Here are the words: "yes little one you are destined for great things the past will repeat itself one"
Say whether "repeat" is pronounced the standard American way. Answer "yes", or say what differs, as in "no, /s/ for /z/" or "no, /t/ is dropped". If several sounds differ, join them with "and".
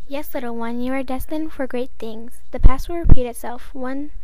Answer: no, /p/ is dropped